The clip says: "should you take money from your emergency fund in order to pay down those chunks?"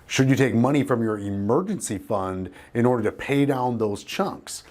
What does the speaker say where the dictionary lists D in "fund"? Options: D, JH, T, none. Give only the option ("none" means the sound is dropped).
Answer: D